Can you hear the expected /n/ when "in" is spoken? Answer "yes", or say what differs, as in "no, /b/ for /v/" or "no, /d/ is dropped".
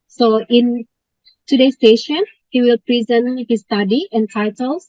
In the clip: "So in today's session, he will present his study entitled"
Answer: yes